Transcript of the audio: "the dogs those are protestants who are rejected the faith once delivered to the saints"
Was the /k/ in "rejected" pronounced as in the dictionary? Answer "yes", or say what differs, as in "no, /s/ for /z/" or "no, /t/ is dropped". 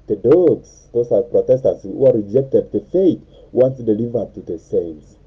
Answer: yes